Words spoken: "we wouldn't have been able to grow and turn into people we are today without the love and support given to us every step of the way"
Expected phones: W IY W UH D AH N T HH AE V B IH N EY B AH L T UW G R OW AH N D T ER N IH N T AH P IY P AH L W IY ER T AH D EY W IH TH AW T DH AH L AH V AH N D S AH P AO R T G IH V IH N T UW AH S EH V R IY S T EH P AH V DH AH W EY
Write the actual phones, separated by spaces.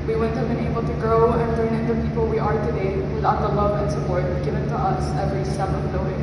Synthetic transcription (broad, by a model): W IY W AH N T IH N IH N EY B AH L T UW G R OW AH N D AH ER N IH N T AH P IY P AH L W IY ER T AH D EY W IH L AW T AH L AH V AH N S AH P AO R T G IH V IH N T UW AH S EH V R IY S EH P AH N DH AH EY